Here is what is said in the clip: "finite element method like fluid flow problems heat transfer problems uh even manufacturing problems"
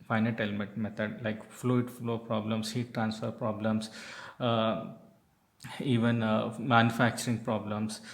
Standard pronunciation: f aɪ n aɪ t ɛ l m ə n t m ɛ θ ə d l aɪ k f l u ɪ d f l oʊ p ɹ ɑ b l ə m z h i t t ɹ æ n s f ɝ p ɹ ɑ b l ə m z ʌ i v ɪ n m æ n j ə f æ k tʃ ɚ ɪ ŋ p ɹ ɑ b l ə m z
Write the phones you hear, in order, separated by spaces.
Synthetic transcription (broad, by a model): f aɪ n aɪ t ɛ l m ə t m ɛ t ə d l aɪ k f l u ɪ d f l oʊ p ɹ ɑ b l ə m s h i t t ɹ æ n s f ɝ p ɹ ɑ b l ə m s i v ɪ n m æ n j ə f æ k tʃ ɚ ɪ ŋ p ɹ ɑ b l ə m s